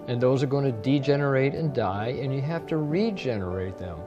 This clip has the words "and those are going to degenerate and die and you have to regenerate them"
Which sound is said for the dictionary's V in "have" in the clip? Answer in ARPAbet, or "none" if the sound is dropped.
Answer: F